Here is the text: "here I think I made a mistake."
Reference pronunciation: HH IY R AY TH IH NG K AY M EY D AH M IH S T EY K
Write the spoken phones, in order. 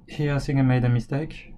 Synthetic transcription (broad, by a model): HH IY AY S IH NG AY M EY D AH M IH S T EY K